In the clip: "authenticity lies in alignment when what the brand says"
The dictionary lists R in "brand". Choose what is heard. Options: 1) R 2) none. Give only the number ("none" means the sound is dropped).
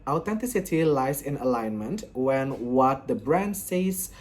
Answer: 1